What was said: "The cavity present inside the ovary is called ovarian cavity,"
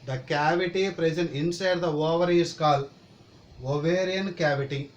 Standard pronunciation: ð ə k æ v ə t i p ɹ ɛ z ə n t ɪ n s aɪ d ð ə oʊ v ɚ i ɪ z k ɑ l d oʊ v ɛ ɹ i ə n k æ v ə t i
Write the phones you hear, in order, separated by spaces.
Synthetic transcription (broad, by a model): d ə k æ v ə t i p ɹ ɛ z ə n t ɪ n s aɪ d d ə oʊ v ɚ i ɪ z k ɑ l oʊ v ɛ ɹ i ə n k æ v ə t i